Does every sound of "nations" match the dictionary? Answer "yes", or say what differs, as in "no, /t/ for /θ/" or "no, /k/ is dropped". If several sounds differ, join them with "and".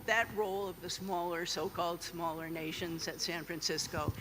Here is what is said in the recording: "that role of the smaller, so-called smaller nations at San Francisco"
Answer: yes